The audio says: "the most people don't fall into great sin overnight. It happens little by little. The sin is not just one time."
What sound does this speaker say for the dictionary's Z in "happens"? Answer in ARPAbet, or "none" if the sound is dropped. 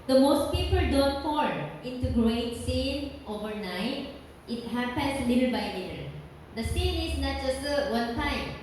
S